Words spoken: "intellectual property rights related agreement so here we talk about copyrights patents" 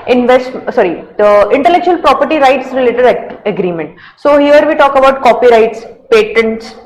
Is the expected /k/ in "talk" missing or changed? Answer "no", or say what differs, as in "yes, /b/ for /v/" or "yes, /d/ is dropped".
no